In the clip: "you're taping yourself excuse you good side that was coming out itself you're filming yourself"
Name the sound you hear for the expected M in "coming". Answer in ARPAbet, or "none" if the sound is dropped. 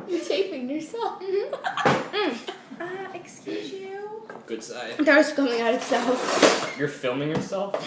none